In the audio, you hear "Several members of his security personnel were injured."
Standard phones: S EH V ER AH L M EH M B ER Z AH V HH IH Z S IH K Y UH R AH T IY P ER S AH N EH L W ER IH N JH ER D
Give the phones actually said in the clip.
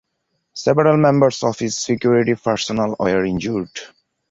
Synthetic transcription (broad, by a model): S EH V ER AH L M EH M B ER S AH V HH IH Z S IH K Y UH R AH T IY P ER S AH N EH L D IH N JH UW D